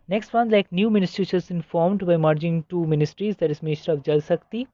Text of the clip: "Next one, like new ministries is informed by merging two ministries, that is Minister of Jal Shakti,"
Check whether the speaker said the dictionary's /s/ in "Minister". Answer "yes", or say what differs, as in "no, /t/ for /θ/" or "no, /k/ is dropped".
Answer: no, /s/ is dropped